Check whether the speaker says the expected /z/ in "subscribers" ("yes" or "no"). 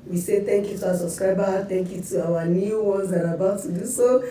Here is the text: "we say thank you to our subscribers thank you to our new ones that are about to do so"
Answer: no